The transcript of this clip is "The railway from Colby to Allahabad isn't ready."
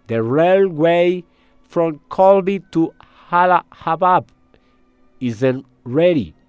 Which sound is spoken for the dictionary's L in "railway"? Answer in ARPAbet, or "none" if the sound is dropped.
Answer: L